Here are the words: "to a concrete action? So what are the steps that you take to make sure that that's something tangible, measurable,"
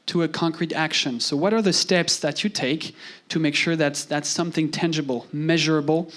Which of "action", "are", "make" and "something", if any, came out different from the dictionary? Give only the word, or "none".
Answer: none